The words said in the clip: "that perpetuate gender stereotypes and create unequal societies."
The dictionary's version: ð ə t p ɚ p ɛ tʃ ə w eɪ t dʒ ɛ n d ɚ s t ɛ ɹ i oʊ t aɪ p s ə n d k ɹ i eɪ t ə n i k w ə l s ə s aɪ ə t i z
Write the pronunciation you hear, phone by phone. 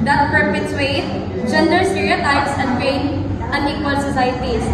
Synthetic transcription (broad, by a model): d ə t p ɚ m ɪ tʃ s w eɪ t dʒ ɛ n d ɚ s t ɛ ɹ i oʊ t aɪ p s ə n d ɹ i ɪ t ə n i k w ə l s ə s aɪ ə t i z